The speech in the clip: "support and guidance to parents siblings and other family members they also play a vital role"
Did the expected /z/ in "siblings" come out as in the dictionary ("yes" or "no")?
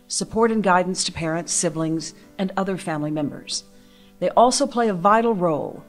yes